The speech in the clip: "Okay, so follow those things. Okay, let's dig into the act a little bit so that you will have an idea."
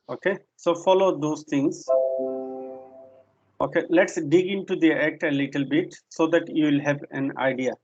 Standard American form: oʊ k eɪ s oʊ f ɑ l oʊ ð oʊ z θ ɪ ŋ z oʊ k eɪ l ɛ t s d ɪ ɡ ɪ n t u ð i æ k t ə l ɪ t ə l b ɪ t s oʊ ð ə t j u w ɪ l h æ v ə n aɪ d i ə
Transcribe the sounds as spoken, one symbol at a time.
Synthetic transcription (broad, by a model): oʊ k eɪ s oʊ f ɑ l oʊ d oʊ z t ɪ ŋ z oʊ k eɪ l ɛ t s d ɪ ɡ ɪ n t u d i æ k t ə l ɪ t ə l b ɪ t s oʊ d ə t j u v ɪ l h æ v ə n aɪ d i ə